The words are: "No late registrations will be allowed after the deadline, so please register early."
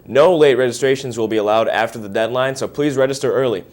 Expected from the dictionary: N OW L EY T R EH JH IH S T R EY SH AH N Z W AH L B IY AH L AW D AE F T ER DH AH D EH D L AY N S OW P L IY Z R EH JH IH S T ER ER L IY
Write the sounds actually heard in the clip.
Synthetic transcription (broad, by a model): N OW L EY T R EH JH IH S T R EY SH AH N Z W AH L B IY AH L AW D AE F T ER DH AH D EH D L AY N S OW P L IY Z R EH JH IH S T ER ER L IY